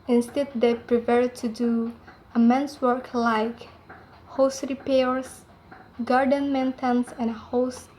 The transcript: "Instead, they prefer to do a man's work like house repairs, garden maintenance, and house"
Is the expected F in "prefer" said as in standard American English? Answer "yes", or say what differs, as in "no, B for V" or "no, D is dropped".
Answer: no, P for F